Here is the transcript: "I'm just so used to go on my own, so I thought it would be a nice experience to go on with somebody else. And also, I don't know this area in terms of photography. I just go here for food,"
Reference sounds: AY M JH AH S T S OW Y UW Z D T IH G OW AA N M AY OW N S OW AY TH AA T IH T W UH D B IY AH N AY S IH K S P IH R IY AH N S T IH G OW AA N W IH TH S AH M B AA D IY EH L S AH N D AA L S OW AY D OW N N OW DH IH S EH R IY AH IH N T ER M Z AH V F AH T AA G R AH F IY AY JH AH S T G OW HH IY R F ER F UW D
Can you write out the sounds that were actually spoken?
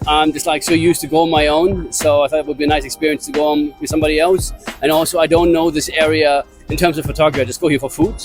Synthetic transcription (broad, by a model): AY M JH AH S T S OW Y UW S T IH G OW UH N M AY OW N S OW AY TH AA T IH T W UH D B IY AH N AY S IH K S P IH R IY AH N S T IH G OW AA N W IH S AH M B AA D IY EH L S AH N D AA L S OW AY D OW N N OW DH IH S EH R IY AH IH N T ER M Z AH V F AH T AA G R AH IY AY JH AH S G OW HH IY R F ER F UW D